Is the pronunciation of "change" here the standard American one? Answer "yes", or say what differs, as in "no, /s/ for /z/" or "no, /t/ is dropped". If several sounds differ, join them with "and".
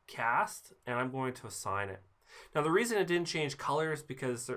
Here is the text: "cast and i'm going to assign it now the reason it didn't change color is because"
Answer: no, /ʒ/ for /dʒ/